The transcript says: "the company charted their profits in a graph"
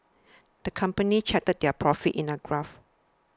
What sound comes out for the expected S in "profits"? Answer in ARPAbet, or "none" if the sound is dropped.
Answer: none